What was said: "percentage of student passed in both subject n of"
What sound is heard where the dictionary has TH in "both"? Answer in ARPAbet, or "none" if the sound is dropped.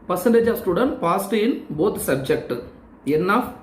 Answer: T